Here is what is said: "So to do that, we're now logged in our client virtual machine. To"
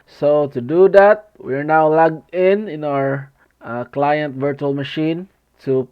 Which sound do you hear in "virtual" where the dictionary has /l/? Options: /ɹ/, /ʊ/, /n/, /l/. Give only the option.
/l/